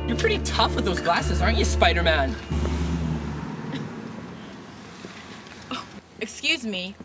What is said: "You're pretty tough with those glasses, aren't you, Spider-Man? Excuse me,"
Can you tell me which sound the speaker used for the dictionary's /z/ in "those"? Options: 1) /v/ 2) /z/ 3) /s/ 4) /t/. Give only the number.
2